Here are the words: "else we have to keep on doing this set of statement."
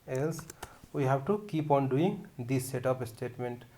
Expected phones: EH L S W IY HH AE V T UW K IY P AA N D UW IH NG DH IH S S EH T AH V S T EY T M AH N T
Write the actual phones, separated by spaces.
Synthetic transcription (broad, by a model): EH L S W IY HH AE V T UW K IY P AA N D UW IH NG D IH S S EH T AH P S T EY T M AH N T